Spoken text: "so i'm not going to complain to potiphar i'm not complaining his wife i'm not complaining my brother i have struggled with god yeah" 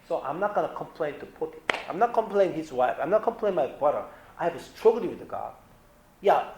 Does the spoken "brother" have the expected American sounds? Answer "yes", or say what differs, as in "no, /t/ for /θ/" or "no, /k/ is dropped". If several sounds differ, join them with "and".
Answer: no, /ɹ/ is dropped